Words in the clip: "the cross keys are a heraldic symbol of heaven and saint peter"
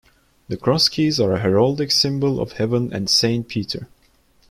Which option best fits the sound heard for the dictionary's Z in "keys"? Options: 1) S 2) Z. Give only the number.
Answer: 2